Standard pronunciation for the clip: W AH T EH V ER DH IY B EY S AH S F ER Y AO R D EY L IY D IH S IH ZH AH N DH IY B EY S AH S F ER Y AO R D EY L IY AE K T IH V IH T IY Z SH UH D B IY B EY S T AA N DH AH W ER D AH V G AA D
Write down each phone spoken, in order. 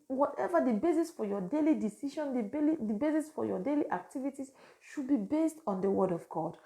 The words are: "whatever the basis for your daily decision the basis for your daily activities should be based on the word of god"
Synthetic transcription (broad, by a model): W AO T EH V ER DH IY B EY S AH S F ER Y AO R D EY L IY D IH S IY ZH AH N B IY B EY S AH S F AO Y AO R D EY L IY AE K T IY V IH T IY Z SH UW D B IY B EY S T AA N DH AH W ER D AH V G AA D